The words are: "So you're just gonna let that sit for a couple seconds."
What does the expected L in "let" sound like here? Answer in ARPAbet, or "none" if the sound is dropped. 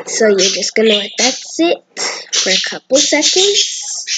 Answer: W